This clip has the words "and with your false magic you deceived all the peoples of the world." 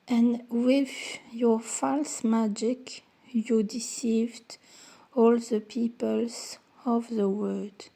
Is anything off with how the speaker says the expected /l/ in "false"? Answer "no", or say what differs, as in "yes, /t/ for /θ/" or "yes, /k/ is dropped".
no